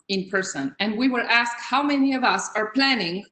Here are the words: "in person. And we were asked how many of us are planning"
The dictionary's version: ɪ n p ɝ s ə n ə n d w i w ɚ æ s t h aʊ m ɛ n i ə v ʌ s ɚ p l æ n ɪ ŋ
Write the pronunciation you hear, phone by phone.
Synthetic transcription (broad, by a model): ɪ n p ɝ s ə n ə n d w i w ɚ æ s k h aʊ m ɛ n i ə v ʌ s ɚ p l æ n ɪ ŋ